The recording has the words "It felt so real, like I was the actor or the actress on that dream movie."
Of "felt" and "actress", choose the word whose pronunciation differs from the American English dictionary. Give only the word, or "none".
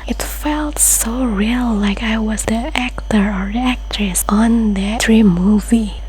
none